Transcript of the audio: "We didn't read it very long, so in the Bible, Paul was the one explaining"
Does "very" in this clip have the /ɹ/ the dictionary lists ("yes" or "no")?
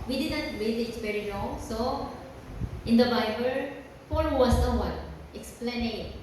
yes